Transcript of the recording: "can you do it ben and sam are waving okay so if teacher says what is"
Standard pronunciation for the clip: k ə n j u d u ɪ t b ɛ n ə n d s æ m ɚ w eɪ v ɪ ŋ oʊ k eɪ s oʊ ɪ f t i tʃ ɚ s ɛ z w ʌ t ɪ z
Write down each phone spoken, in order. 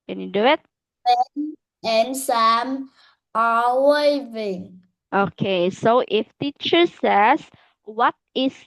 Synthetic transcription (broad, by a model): k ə n j u d u ɪ t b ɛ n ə n s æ m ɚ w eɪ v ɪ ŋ oʊ k eɪ s oʊ ɪ f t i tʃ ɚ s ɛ s w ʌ t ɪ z